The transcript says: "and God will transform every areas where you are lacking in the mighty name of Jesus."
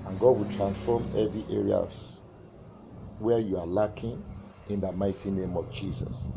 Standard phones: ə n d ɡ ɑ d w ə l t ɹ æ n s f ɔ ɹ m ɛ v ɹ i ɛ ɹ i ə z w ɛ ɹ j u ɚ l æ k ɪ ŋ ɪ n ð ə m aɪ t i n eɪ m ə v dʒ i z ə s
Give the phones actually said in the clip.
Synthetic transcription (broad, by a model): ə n ɡ ɑ d w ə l t ɹ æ n s f ɔ m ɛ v i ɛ ɹ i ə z w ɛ j u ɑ l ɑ k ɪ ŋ ɪ n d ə m aɪ t i n eɪ m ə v dʒ i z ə s